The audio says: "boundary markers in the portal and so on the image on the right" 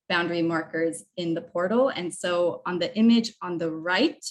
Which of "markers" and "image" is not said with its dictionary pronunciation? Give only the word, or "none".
none